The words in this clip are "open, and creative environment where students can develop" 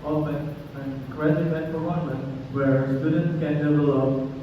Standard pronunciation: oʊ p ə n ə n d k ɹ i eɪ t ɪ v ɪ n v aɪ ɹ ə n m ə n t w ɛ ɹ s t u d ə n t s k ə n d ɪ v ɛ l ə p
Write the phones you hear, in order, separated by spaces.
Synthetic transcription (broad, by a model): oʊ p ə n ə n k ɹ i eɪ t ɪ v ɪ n f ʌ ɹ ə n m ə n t w ɛ ɹ s t u d ə n t s k ə n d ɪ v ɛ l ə